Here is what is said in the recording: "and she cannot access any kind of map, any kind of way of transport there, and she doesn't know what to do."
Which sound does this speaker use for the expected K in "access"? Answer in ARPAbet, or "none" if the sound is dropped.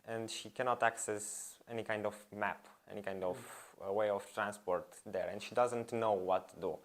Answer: K